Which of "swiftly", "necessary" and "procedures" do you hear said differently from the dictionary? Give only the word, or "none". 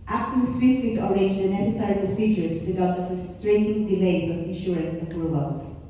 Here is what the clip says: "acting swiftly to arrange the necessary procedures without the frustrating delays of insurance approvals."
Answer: none